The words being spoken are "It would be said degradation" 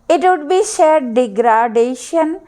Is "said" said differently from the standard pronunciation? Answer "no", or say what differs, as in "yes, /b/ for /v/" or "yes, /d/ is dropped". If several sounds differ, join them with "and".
yes, /ʃ/ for /s/